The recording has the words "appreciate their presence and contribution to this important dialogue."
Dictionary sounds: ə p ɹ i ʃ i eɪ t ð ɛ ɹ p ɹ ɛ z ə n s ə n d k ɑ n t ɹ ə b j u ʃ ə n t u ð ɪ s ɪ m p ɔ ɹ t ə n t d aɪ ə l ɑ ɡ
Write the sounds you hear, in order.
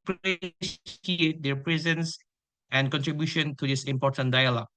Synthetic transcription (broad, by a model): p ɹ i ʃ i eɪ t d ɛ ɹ p ɹ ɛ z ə n s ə n k ɑ n t ɹ ə b j u ʃ ə n t u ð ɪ s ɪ m p ɔ t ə n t d aɪ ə l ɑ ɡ